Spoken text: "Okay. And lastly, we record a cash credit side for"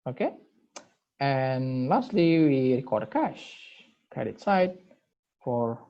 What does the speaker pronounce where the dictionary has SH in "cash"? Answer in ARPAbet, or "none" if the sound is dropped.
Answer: SH